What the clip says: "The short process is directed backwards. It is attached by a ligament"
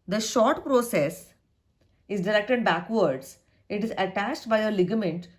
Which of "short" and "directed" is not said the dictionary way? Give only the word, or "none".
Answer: none